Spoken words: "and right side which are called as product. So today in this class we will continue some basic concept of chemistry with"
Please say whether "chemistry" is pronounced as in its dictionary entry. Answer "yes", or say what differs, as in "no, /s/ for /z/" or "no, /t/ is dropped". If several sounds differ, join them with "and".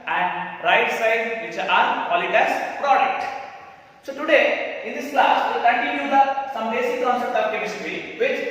no, /m/ is dropped